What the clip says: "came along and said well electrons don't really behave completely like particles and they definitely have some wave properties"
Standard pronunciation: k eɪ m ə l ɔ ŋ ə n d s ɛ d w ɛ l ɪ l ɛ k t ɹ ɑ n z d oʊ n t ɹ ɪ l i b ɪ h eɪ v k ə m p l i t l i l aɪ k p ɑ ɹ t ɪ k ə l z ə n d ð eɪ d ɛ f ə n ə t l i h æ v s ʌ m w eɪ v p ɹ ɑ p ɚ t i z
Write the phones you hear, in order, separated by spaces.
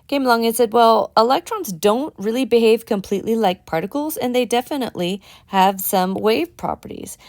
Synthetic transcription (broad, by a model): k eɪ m l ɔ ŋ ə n s ɛ d w ɛ l ɪ l ɛ k t ɹ ɑ n z d oʊ n t ɹ ɪ l i b ɪ h eɪ v k ə m p l i t l i l aɪ k p ɑ ɹ t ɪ k l z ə n ð eɪ d ɛ f ə n ə t l i h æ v s ʌ m w eɪ v p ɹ ɑ p ɚ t i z